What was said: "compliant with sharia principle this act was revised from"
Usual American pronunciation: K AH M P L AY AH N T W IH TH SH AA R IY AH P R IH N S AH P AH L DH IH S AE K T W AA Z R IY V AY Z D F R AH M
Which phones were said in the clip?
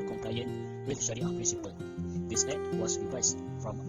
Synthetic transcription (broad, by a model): K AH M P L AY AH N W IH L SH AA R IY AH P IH S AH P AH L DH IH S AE T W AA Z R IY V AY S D F R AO M